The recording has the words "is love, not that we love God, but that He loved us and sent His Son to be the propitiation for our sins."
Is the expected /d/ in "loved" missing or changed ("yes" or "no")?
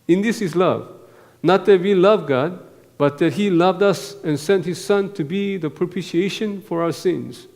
no